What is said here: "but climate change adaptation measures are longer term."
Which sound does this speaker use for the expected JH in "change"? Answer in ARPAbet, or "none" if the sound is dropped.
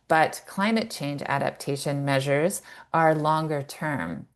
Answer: JH